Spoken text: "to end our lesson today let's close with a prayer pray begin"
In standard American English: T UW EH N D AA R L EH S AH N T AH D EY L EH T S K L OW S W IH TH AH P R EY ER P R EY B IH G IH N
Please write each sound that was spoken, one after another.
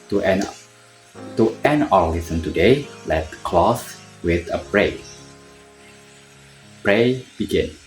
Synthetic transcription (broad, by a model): T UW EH N AA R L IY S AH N T AH D EY L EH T K L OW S W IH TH AH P R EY P R EY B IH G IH N